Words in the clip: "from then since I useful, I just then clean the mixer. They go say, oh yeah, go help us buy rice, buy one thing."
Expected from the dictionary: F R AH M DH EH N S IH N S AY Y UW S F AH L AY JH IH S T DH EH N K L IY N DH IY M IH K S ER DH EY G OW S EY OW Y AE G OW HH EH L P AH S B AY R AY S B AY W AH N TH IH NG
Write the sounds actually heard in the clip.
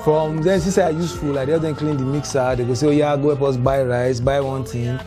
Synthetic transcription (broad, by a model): F R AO M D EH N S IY S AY Y UW S F AH L AY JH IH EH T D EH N K L IY N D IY M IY K S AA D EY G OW S EY OW Y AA G OW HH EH P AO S B AY R AY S B AY W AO N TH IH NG